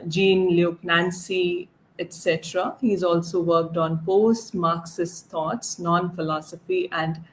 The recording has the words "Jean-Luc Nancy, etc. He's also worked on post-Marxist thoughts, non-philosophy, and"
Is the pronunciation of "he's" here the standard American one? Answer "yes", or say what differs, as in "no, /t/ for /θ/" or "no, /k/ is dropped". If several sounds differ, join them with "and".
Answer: yes